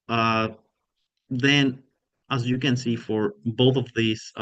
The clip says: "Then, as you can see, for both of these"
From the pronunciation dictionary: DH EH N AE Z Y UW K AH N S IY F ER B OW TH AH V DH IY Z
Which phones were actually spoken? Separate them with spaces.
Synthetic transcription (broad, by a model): DH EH N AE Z Y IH K AH N S IY F ER B OW TH AH V DH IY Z